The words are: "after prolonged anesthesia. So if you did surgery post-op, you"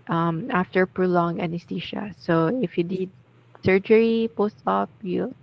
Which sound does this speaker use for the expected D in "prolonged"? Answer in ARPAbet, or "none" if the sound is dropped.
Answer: none